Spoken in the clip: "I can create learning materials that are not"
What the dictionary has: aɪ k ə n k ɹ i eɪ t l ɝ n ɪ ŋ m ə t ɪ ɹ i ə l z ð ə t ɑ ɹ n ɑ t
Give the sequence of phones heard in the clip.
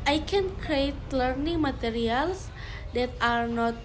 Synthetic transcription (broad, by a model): aɪ k ə n k ɹ i eɪ t l ɝ n ɪ ŋ m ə t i ɹ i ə l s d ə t ɑ ɹ n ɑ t